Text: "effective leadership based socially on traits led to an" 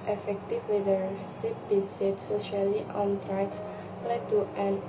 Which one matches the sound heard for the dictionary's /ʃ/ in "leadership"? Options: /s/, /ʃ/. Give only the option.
/s/